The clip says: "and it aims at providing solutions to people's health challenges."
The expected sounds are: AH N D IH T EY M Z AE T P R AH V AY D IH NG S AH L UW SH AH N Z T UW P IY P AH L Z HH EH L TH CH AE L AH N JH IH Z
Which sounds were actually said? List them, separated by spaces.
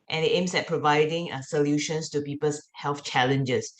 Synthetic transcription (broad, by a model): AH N IH T EY M S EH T P R AH V AY D IH NG S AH L UW SH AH N S T UW P IY P AH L S HH EH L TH CH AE L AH N JH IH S